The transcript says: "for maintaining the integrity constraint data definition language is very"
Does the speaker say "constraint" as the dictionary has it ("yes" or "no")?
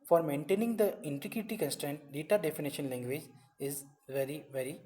yes